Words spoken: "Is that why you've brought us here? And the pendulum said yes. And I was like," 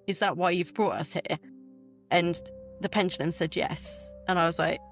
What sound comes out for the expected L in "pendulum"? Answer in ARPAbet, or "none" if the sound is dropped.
N